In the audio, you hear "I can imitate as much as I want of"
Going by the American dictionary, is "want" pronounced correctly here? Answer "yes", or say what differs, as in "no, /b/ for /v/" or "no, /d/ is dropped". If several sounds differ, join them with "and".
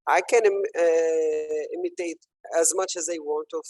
yes